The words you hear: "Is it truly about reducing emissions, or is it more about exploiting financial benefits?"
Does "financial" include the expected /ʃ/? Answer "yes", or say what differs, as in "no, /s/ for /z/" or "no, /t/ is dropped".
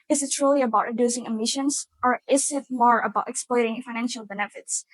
yes